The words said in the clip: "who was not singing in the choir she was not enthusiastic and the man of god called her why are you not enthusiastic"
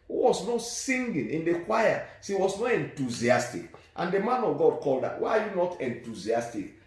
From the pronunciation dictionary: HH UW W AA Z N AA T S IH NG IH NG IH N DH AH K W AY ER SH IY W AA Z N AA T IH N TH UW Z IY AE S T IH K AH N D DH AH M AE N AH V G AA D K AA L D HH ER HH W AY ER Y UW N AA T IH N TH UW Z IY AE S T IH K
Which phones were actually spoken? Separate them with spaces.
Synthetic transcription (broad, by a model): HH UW W AA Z N AA T S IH NG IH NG IH N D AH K W AY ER S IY W AA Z N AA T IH N T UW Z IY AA S T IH K AH N D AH M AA N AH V G AA D K AA L D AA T W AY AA Y UW N AA T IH N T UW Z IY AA S T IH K